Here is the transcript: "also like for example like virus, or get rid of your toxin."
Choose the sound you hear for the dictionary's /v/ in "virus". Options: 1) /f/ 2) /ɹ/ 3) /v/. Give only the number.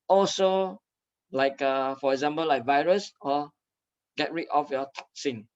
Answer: 3